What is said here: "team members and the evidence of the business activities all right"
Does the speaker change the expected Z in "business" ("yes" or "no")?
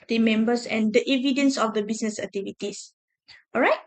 yes